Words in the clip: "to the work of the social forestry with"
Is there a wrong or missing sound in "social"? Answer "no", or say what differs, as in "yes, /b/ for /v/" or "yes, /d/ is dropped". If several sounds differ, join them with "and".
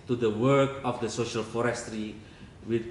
no